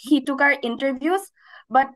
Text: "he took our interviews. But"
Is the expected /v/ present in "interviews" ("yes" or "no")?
no